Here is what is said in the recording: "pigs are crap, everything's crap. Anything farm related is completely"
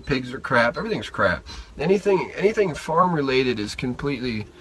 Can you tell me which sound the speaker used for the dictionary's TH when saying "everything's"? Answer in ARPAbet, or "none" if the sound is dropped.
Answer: TH